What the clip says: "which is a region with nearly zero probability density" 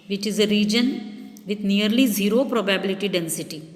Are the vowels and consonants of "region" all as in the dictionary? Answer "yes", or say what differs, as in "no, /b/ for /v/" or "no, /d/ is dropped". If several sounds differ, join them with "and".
yes